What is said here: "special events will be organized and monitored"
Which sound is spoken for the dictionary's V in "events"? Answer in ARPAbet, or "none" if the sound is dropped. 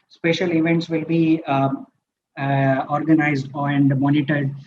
V